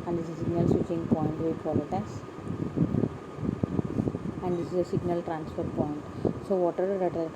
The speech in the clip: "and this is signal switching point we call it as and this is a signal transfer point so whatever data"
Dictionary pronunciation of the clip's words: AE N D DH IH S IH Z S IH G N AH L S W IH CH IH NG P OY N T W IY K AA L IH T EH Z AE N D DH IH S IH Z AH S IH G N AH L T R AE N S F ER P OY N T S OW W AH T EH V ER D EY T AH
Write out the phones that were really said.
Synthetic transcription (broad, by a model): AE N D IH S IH S IH G N AH L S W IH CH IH NG P OY N T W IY K AA L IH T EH S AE N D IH S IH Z AH S IH G N AH L T R AE N S F ER P OY N T S OW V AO T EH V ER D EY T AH